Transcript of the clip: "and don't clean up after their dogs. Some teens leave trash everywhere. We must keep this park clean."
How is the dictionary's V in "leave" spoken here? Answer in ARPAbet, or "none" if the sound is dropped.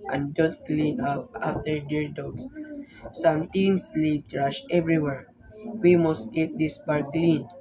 P